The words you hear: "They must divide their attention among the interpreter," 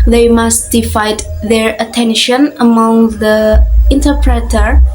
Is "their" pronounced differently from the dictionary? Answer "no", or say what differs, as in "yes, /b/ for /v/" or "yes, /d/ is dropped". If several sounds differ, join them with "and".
no